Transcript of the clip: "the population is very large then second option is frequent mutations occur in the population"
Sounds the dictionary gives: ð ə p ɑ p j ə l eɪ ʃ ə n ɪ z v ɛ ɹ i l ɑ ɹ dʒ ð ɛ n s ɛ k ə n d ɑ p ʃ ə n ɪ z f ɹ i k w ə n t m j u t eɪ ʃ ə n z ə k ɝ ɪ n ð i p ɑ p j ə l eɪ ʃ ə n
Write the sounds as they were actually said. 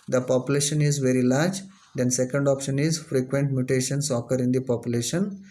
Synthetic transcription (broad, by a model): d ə p ɑ p j ə l eɪ ʃ ə n ɪ z v ɛ ɹ i l ɑ ɹ dʒ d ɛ n s ɛ k ə n d ɑ p ʃ ə n ɪ z f ɹ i k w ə n t m j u t eɪ ʃ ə n s ə k ɝ ɪ n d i p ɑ p j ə l eɪ ʃ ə n